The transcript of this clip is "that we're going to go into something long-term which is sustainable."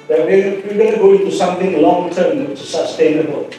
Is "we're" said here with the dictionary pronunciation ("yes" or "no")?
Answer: no